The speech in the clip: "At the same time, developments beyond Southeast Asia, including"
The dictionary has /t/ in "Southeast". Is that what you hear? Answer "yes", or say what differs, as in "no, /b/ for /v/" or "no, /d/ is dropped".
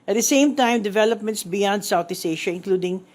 no, /t/ is dropped